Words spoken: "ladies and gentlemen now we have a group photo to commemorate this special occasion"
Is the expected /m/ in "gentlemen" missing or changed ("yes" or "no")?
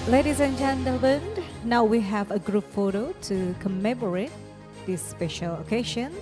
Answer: yes